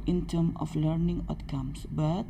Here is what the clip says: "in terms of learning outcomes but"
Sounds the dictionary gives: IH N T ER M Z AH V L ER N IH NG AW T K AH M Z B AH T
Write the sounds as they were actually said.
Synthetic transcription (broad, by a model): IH N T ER M AH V L ER N IH NG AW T K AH M S B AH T